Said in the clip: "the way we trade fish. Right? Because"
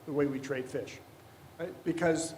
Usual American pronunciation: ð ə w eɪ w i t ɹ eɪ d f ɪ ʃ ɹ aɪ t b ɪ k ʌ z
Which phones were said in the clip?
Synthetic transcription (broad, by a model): ð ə w eɪ w i t ɹ eɪ d f ɪ ʃ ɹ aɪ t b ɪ k ʌ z